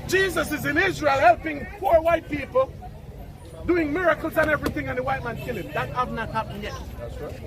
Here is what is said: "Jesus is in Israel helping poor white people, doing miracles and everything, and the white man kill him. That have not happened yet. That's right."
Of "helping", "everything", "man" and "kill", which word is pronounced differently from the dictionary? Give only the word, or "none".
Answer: none